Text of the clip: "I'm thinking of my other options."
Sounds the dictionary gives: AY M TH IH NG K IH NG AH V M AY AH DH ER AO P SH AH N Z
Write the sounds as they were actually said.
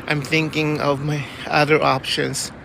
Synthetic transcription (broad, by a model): AY M TH IH NG K IH NG AH V M AY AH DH ER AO P SH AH N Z